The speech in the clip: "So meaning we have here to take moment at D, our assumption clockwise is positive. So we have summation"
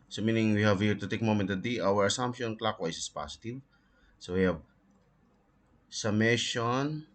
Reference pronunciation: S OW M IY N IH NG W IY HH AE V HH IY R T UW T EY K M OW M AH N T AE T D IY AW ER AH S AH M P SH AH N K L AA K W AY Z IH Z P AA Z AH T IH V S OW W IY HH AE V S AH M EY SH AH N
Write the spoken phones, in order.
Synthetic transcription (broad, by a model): S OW M IY N IH NG W IY HH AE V HH IY R T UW T EY K M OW M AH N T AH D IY AW ER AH S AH M P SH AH N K L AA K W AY S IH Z P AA S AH T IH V S OW W IY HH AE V S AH M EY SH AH N